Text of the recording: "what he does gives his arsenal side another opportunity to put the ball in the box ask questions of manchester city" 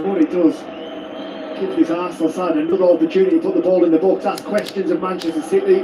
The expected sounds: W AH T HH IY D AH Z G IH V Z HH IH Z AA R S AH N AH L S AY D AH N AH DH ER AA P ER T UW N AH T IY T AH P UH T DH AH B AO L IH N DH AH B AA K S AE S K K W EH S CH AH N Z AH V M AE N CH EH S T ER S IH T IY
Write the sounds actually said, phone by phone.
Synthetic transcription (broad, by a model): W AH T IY D AH Z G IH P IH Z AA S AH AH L S AY D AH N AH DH ER AA P ER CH UW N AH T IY T AH P UH T DH AH B AO L IH N DH AH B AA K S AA S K K W EH S CH AH N Z AH V M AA N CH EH S T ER S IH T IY